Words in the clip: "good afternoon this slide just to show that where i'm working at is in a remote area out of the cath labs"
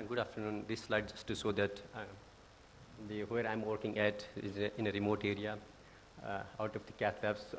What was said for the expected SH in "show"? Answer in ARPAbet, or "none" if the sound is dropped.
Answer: S